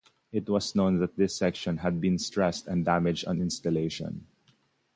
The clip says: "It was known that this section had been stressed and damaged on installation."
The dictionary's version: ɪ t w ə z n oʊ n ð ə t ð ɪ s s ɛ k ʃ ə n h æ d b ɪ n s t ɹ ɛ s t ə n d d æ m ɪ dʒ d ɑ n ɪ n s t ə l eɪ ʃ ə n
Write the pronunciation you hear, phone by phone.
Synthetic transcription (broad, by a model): ɪ t w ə s n oʊ n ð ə t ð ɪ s s ɛ k ʃ ə n h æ d b ɪ n s t ɹ ɛ s t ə n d d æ m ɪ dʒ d ɑ n ɪ n s t ə l eɪ ʃ ə n